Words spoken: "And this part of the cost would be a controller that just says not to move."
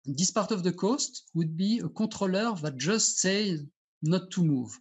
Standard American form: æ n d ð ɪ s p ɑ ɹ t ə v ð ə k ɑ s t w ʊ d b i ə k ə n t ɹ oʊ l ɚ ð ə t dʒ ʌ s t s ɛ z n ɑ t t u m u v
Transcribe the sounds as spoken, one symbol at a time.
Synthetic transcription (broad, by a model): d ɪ s p ɑ ɹ t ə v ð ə k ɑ s t w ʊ d b i ə k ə t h oʊ l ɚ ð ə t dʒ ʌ s t s ɛ z n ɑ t t u m u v